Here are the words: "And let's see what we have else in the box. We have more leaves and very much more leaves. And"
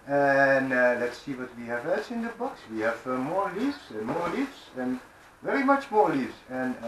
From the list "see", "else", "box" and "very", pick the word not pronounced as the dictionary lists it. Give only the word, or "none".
else